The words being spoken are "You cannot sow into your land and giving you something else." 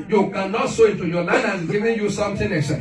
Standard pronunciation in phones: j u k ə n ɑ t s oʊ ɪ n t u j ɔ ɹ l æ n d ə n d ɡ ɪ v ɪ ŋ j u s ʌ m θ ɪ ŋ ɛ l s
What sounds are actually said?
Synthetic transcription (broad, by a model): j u k ə n ɑ t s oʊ ɪ n t u j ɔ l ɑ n ə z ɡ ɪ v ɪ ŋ j u s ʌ m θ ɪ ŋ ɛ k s